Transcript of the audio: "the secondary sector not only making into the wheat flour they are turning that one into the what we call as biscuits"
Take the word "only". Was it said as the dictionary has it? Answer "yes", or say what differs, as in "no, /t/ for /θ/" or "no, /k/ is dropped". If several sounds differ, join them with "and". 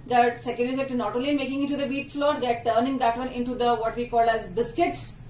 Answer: no, /n/ is dropped